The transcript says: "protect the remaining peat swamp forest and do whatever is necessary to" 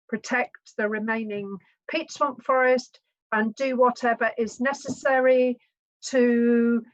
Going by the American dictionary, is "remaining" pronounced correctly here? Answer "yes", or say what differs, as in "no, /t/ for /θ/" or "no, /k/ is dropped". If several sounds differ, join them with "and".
yes